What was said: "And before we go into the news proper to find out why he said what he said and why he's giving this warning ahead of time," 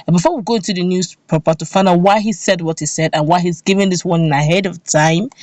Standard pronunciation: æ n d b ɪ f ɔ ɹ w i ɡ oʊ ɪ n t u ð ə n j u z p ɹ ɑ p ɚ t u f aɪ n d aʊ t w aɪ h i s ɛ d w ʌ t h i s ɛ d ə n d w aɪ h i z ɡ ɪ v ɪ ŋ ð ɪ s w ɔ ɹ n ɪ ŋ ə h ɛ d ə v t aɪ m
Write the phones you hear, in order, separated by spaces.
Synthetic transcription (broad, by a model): b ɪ f ɔ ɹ w i ɡ oʊ ɪ n t u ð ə n j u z p ɛ p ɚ t u f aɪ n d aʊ w aɪ h i s ɛ d w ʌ t h i s ɛ d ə n w aɪ h i z ɡ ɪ v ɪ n ð ɪ s w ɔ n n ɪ ə h ɛ d ə v t aɪ m